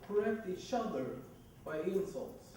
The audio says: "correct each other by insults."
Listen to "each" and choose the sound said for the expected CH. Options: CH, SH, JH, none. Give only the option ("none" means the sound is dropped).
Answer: SH